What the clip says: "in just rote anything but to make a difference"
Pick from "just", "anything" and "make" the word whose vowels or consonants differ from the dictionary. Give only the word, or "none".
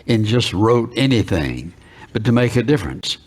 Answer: none